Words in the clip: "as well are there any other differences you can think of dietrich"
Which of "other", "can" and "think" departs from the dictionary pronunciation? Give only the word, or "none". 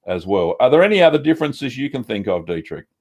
none